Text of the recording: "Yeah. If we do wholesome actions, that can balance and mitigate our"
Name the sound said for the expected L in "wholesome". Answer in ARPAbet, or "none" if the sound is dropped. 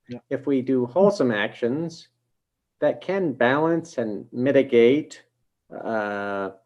L